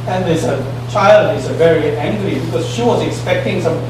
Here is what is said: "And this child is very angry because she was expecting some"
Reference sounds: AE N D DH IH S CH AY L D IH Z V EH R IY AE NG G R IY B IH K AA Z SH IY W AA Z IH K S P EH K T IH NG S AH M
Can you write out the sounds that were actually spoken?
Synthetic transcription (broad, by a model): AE N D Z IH CH AY L D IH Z V EH R IY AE NG G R IY B IH K AA Z SH IY W AA Z IH K S P EH K T IH NG S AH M